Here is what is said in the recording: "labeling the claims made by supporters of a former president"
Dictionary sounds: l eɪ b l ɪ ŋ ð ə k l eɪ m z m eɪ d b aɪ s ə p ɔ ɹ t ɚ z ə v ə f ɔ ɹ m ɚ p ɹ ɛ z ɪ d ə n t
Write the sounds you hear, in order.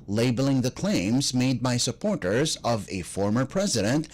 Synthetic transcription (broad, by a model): l eɪ b l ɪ ŋ ð ə k l eɪ m z m eɪ d b aɪ s ə p ɔ ɹ t ɚ z ə v ə f ɔ ɹ m ɚ p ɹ ɛ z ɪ d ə n t